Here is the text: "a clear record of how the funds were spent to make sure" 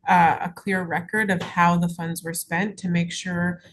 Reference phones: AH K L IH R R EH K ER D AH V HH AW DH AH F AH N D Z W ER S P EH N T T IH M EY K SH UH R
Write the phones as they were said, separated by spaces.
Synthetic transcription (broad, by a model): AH K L IH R R EH K ER D AH V HH AW DH AH F AH N D Z W ER S P EH N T T IH M EY K SH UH R